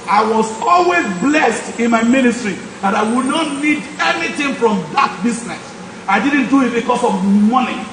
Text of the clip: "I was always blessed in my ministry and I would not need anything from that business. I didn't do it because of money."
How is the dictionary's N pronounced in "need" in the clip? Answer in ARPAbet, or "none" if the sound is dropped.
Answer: N